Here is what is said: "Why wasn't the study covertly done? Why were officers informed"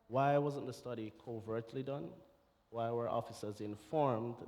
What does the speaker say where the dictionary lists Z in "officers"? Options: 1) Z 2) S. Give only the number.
1